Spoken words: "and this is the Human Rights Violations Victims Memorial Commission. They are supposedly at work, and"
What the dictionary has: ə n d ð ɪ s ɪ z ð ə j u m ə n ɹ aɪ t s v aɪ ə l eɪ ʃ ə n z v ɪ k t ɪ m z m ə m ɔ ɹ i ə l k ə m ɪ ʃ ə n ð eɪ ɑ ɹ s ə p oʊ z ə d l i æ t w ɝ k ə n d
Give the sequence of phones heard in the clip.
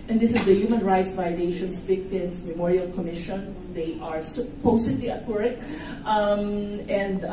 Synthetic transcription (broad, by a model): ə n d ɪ s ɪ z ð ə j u m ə n ɹ aɪ t s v aɪ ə l eɪ ʃ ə n s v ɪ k t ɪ m s m ə m ɔ ɹ i ə l k ə m ɪ ʃ ə n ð eɪ ɑ ɹ s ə p oʊ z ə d l i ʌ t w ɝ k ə n d